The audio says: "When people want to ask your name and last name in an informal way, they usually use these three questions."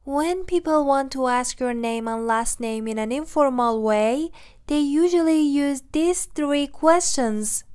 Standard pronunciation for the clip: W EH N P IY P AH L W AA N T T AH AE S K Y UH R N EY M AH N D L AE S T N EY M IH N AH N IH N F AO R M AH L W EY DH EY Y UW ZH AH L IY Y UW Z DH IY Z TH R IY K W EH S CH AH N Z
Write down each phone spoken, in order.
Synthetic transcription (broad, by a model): W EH N P IY P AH L W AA N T T AH AE S K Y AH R N EY M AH N L AE S T N EY M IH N AH N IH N F AO R M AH L W EY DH EY Y UW ZH AH L IY Y UW Z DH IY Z TH R IY K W EH S CH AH N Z